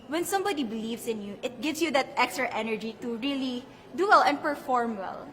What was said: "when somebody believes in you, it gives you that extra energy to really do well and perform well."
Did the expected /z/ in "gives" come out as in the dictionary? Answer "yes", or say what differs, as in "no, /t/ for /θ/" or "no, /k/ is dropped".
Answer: no, /s/ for /z/